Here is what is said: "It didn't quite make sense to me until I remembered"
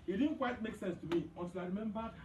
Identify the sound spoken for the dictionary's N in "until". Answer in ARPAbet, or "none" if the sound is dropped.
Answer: none